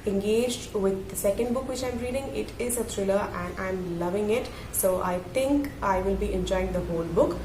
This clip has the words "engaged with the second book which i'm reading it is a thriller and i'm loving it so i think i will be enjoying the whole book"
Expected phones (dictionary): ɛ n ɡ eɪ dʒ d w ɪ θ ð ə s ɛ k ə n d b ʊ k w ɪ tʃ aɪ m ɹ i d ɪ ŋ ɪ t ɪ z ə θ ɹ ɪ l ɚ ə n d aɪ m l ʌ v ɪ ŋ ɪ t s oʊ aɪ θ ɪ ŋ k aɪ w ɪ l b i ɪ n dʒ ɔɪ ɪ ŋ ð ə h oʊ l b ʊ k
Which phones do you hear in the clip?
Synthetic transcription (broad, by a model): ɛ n ɡ eɪ dʒ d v ɪ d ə s ɛ k ə n d b ʊ k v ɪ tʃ aɪ m ɹ i d ɪ ŋ ɪ t ɪ z ə t ɹ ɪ l ɚ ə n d aɪ m l ʌ v ɪ ŋ ɪ t s oʊ aɪ t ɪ ŋ k aɪ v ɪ l b i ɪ n dʒ ɔɪ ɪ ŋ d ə h oʊ l b ʊ k